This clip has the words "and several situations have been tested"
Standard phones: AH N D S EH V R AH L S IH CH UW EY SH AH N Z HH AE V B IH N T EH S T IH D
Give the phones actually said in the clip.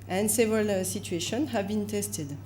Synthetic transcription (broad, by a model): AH N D S EH V R AH L S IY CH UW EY SH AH N HH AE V B IH N T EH S T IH D